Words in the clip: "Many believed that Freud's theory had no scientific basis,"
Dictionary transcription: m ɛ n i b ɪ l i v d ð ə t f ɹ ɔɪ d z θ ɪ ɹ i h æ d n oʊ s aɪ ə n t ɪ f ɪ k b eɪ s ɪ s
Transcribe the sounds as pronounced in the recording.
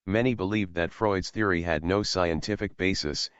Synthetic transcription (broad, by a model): m ɛ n i b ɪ l i v ð ə t f ɹ ɔɪ d z θ ɪ ɹ i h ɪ d n oʊ s aɪ ə n t ɪ f ɪ k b eɪ s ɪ s